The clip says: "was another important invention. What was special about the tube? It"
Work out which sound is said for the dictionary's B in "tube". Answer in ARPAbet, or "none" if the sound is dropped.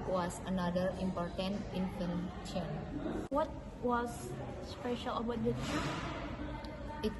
none